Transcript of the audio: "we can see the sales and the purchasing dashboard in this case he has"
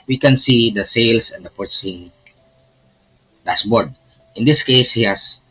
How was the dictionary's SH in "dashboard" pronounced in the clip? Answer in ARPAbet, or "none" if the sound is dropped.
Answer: S